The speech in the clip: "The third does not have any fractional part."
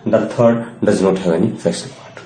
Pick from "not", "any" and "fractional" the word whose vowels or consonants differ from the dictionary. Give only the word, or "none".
fractional